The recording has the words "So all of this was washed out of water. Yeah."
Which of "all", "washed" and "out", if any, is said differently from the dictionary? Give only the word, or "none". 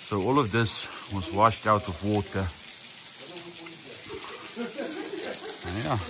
none